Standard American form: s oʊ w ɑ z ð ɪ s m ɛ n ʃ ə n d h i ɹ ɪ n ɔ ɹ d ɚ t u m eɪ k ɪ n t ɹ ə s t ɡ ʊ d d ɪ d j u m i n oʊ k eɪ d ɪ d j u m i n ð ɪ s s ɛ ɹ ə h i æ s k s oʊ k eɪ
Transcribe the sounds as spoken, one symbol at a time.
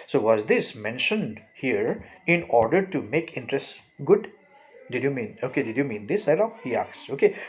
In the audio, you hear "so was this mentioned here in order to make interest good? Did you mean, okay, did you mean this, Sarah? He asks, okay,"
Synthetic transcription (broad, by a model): s oʊ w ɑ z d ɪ s m ɛ n ʃ ə n d h i ɹ ɪ n ɔ ɹ d ɚ t u m eɪ k ɪ n t ɹ ə s t ɡ ʊ d d ɪ d j u m i n oʊ k eɪ d ɪ d j u m i n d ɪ s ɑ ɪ l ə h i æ k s oʊ k eɪ